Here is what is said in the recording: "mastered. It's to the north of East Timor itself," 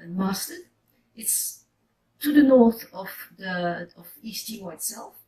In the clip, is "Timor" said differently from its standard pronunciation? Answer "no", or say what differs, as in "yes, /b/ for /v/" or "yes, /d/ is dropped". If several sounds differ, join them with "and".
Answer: yes, /m/ is dropped